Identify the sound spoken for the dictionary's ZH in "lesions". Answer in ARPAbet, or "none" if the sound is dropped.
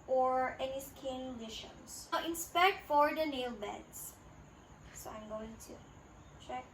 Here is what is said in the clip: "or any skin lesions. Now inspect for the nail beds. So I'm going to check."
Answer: SH